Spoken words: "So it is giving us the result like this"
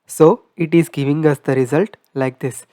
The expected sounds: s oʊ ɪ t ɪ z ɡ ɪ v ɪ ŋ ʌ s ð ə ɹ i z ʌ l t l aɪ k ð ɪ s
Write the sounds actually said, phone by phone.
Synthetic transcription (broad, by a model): s oʊ ɪ t ɪ z ɡ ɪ v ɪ ŋ ʌ s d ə ɹ i z ʌ l t l aɪ k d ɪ s